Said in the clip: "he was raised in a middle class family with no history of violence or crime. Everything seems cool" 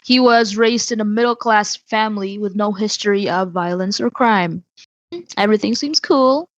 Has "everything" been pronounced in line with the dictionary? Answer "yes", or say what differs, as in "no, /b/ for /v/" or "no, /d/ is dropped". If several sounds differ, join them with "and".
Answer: yes